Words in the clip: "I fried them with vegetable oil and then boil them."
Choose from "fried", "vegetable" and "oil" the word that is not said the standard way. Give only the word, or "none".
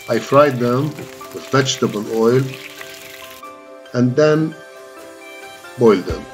vegetable